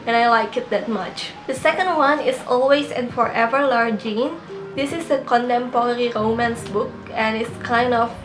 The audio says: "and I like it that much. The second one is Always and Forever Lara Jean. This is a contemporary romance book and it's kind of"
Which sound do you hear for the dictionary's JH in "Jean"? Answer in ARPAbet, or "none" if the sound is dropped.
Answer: JH